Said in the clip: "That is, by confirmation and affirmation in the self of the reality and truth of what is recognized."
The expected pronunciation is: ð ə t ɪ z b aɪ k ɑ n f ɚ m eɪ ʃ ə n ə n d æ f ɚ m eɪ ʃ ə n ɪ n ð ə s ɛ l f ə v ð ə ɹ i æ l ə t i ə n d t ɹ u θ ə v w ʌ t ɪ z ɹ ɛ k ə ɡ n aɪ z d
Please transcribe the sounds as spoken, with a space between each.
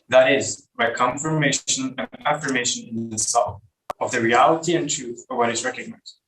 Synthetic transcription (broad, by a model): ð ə t ɪ z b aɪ k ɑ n f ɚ m eɪ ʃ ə n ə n æ f ɚ m eɪ ʃ ə n ɪ n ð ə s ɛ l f ə v ð ə ɹ i æ l ə t i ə n t ɹ u θ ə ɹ w ʌ t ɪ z ɹ ɛ k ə ɡ n aɪ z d